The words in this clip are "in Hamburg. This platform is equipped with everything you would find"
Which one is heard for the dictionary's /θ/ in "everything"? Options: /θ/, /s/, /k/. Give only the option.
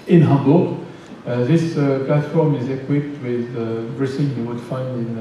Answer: /s/